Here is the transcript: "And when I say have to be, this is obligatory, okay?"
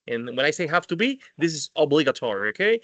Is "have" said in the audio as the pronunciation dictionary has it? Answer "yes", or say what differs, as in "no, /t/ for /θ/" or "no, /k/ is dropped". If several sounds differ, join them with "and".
no, /f/ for /v/